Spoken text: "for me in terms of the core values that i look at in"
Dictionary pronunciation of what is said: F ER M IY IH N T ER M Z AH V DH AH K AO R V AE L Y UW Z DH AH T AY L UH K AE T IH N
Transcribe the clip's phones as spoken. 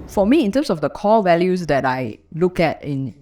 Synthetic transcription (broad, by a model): F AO M IY IH N T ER M S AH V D AH K AO L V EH L Y UW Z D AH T AY L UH K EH T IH N